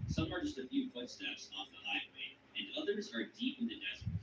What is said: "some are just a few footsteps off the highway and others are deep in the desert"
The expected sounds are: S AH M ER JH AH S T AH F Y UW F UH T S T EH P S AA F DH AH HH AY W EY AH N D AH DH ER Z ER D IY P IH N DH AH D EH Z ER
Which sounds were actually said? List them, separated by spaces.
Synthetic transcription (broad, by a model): S AH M ER JH AH S T AH F Y UW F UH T S T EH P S AA F DH AH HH AY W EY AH N AH DH ER Z ER D IY P IH N DH AH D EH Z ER